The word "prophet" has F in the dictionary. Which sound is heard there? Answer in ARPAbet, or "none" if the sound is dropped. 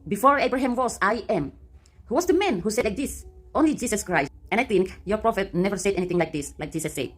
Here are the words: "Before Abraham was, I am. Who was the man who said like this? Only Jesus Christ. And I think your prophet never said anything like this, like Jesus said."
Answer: F